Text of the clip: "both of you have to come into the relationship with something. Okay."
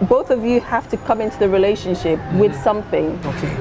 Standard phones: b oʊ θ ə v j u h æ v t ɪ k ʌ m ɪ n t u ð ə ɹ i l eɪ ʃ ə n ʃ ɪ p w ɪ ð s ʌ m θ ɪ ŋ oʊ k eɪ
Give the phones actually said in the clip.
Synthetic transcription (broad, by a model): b oʊ θ ə v j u h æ f t ɪ k ʌ m ɪ n t u ð ə ɹ i l eɪ ʃ ə n ʃ ɪ p w ɪ ð s ʌ m θ ɪ ŋ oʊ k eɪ